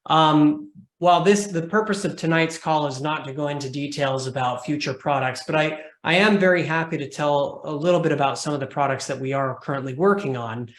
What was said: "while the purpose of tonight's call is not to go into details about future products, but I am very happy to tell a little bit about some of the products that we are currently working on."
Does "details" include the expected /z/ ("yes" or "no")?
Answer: yes